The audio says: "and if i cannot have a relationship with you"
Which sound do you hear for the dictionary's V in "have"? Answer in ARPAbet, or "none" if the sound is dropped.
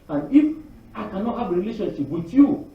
B